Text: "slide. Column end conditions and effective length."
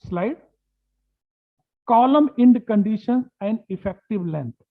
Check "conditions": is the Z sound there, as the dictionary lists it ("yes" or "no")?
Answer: no